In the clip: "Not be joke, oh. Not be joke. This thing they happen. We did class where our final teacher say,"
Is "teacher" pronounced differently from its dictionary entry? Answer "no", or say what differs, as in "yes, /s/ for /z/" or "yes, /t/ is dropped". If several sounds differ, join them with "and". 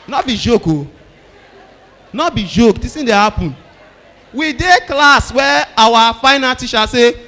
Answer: yes, /ʃ/ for /tʃ/